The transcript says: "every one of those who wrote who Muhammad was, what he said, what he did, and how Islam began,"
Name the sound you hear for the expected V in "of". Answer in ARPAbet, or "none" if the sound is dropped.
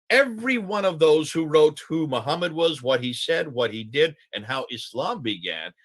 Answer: V